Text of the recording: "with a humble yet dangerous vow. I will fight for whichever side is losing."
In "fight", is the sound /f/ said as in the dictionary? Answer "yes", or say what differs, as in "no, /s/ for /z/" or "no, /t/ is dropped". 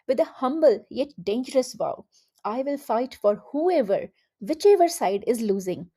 yes